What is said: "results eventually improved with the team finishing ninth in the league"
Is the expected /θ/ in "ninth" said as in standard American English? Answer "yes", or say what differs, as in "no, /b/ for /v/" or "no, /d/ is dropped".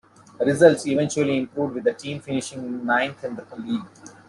no, /t/ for /θ/